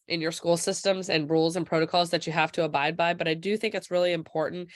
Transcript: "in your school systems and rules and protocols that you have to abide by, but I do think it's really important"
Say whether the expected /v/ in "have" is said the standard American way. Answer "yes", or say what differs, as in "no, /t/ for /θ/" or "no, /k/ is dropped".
no, /f/ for /v/